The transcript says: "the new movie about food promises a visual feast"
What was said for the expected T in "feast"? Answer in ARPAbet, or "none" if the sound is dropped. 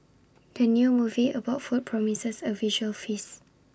none